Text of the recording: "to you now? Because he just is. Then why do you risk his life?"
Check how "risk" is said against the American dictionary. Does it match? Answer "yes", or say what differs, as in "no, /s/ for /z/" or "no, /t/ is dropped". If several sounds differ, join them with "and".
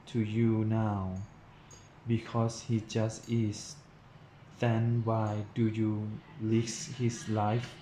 no, /l/ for /ɹ/